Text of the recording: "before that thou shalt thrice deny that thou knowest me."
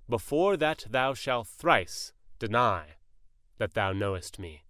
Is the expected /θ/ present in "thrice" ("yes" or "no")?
yes